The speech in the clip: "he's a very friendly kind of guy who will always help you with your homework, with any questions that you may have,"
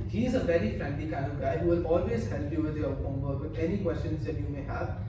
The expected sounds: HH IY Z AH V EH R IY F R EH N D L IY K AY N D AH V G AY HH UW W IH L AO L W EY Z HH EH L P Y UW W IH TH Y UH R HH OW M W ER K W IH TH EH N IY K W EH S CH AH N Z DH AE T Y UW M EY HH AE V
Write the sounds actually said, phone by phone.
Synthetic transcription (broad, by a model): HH IY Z AH V EH R IY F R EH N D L IY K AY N AH G AY HH UW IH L AO L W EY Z HH EH L P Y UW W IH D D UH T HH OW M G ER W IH EH N IY K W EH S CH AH N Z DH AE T Y UW M EY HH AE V